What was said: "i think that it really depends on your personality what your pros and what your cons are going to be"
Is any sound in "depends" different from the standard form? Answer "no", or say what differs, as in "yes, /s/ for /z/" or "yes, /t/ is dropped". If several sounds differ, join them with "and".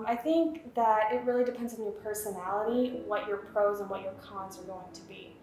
no